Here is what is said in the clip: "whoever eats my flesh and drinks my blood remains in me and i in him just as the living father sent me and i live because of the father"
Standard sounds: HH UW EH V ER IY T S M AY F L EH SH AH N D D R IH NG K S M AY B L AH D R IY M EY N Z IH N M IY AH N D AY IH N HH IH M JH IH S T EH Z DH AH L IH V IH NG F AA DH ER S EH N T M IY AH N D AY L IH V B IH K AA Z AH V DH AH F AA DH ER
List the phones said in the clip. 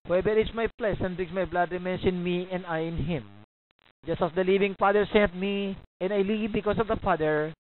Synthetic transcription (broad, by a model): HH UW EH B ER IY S M AY P L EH S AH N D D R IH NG S M AY B L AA D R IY M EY N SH IH N M IY AH N D AY IH N HH IH M JH IH S T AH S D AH L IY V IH NG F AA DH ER S EH N T M IY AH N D AY L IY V B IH K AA S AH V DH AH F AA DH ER